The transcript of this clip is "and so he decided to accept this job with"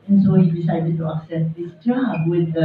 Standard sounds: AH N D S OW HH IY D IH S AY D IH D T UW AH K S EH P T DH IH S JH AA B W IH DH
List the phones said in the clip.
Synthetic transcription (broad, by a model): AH N S OW HH IY D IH S AY D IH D T UW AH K S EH T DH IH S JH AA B W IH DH